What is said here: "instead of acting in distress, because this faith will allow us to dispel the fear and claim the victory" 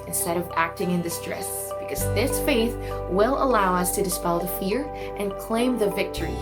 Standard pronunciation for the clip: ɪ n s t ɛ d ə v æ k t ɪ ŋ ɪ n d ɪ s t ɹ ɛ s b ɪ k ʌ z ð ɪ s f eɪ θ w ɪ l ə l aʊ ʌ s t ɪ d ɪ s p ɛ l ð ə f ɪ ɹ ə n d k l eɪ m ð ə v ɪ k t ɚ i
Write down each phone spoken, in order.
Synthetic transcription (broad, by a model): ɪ n s t ɛ d ə v æ k t ɪ ŋ ɪ n d ɪ s t ɹ ɛ s b ɪ k ʌ z ð ɪ s f eɪ θ w ɪ l ə l aʊ ʌ s t ɪ d ɪ s p ɛ l ð ə f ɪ ɹ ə n k l eɪ m ð ə v ɪ k t ɚ i